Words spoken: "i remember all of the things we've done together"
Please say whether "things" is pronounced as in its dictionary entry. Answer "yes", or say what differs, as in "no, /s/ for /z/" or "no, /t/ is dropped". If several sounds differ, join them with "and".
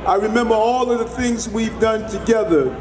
yes